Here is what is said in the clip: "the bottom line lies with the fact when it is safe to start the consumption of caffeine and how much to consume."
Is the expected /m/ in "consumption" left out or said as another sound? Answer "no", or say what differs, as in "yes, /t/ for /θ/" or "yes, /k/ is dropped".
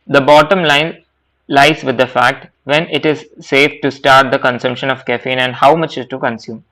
no